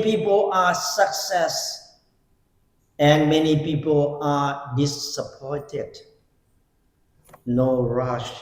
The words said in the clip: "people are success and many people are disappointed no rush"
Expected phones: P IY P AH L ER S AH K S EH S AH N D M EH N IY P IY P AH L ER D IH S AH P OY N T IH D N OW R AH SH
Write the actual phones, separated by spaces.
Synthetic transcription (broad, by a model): P IY P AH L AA S AH K S EH S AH N M EH N IY P IY P AH L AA D IH S AH P OY N T IH D N OW R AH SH